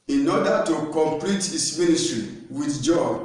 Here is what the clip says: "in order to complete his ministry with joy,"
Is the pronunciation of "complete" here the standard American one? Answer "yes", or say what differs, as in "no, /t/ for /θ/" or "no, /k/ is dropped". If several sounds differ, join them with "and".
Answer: yes